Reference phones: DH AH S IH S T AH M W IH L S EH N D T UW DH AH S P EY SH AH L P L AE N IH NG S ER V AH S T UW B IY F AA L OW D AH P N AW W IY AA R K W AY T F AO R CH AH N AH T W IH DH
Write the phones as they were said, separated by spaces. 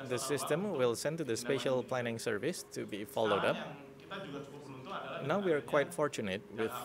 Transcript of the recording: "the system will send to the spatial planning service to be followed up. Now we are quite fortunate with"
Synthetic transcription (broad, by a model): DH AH S IH S T AH M W IH L S EH N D T UW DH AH S P EY SH AH L P L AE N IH NG S ER V AH S T UW B IY F AA L OW D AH P N AW W IY AA R K W AY T F AO R CH AH N AH T W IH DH